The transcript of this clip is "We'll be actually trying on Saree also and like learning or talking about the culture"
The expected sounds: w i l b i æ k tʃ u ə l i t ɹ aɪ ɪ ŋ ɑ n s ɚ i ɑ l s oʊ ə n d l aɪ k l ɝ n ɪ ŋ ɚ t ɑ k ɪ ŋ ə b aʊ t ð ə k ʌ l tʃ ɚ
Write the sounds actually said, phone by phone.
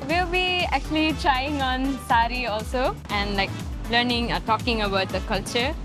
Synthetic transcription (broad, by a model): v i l b i æ k tʃ u ə l i t ɹ aɪ ɪ ŋ ɑ n s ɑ i ɑ l s oʊ ə n d l aɪ k l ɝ n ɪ ŋ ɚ t ɑ k ɪ ŋ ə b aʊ t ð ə k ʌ l tʃ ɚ